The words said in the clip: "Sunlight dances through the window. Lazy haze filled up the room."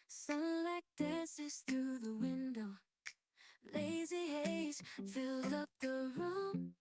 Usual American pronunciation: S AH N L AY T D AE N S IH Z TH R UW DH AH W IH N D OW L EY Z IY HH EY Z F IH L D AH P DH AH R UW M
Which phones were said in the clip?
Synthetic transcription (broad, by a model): S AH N L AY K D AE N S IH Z TH R UW DH AH W IH N D OW L EY Z IY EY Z F IH L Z AH P DH AH R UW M